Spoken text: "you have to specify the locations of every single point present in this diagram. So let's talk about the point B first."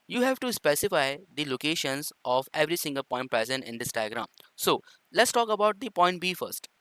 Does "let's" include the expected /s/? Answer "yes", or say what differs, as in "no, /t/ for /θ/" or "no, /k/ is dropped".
yes